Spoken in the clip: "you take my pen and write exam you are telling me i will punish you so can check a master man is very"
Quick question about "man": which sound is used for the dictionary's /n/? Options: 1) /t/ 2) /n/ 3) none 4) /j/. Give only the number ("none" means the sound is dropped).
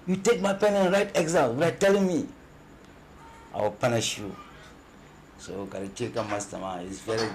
3